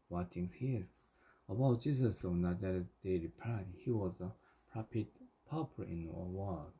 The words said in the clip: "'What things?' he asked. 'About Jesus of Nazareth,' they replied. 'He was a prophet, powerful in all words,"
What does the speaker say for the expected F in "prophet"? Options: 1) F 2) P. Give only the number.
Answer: 2